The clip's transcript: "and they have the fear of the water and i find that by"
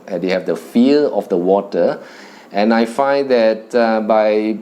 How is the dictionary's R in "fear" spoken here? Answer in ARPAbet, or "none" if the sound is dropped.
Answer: L